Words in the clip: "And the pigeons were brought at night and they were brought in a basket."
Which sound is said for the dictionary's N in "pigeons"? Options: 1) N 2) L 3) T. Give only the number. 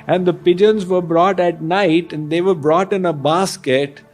1